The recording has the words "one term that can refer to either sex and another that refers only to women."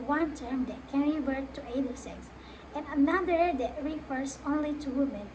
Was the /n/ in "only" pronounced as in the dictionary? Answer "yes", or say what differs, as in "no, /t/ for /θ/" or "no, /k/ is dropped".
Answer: yes